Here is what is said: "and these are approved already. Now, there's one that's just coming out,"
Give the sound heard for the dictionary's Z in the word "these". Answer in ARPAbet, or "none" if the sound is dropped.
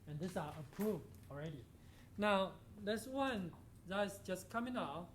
S